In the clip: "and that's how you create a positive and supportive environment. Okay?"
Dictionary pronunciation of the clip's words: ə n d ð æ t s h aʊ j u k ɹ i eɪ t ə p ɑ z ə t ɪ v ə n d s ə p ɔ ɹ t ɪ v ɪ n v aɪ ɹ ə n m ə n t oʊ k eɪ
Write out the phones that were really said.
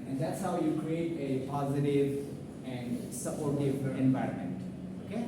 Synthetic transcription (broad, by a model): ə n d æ t s h aʊ j u k ɹ i eɪ t ə p ɑ z ə t ɪ v ə n d s ə p ɔ ɹ t ɪ v ɪ n v aɪ ɹ ə n m ə n t oʊ k eɪ